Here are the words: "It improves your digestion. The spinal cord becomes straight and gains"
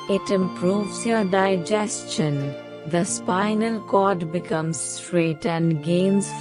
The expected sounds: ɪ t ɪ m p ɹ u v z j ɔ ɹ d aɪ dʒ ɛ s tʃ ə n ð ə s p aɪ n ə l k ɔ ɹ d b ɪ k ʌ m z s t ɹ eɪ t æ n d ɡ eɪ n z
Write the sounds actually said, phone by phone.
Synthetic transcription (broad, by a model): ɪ t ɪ m p ɹ u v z j ɔ ɹ d aɪ dʒ ɛ s tʃ ə n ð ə s p aɪ n ə l k ɔ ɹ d b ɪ k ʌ m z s t ɹ eɪ t æ n d ɡ eɪ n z